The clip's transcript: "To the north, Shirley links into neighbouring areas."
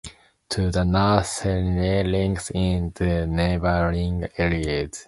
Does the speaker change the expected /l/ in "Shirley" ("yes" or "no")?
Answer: yes